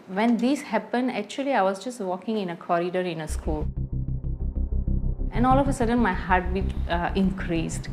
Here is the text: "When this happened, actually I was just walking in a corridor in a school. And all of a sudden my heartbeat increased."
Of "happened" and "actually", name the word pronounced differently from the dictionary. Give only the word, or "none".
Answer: none